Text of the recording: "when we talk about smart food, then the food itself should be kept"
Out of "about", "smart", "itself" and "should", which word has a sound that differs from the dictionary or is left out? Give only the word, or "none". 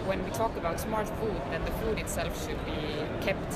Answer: none